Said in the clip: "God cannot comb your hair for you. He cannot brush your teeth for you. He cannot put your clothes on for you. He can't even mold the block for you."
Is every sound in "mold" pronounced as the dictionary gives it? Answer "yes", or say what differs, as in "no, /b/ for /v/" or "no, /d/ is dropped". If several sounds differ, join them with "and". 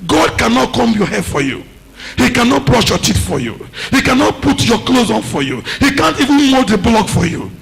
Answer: no, /l/ is dropped